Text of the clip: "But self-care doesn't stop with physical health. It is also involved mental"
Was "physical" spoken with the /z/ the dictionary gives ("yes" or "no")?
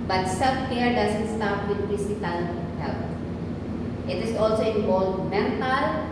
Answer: no